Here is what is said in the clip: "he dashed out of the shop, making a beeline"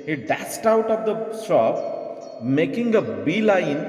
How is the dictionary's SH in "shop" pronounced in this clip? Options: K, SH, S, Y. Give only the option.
S